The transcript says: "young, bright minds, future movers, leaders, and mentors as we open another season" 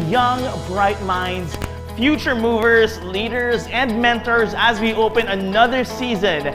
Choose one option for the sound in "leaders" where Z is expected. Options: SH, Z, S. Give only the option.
Z